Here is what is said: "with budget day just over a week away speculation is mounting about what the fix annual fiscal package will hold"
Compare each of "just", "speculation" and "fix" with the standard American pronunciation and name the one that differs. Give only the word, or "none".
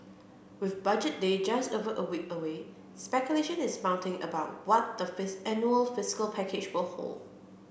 fix